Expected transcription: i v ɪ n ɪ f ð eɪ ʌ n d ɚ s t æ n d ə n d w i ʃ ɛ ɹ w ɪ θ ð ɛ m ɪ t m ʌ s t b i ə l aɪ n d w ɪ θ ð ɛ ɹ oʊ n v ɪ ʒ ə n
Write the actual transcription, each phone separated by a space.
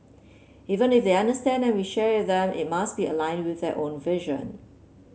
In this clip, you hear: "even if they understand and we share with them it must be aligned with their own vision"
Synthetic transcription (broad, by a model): i v ɪ n ɪ f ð eɪ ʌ n d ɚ s t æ n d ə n w i ʃ ɛ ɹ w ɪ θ ð ɛ m ɪ t m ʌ s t b i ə l aɪ n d w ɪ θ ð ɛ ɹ oʊ n v ɪ ʒ ə n